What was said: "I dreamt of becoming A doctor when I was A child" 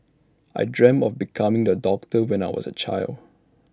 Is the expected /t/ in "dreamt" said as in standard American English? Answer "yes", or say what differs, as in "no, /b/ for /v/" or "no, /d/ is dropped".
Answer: no, /t/ is dropped